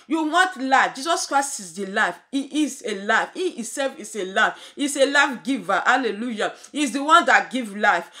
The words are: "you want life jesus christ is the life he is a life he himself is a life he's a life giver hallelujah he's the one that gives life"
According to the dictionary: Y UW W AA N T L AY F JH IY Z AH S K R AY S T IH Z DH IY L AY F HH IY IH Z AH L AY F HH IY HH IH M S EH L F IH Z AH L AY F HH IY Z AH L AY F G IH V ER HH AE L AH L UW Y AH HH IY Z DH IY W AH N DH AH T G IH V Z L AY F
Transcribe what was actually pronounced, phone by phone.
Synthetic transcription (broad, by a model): Y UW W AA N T L AY F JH IY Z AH S K R AY S T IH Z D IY L AY F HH IY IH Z AH L AY F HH IY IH S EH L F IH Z AH L AY F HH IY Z AH L AY F G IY V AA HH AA L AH L UW Y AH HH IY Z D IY W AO N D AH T G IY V L AY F